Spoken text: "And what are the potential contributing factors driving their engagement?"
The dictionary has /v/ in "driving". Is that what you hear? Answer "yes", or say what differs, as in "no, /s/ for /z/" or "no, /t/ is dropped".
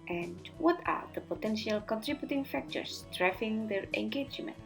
no, /f/ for /v/